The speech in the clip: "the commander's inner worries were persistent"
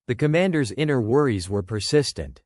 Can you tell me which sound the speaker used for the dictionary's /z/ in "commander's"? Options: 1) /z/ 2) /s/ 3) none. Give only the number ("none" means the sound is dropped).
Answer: 1